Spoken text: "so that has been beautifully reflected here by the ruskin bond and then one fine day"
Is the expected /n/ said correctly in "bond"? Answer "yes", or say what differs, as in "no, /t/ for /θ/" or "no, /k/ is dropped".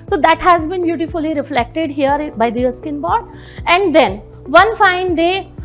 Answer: no, /n/ is dropped